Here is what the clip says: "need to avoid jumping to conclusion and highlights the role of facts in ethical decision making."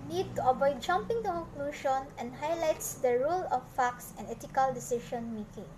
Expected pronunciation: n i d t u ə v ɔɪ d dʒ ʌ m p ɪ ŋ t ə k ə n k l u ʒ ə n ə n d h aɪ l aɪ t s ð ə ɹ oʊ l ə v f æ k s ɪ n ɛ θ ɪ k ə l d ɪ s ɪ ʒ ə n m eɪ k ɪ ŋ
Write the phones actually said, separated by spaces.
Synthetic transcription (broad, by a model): n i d t u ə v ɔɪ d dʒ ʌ m p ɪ ŋ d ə k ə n k l u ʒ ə n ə n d h aɪ l aɪ t s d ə ɹ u l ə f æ k s ɪ n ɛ t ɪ k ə l d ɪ s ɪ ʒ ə n m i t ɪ ŋ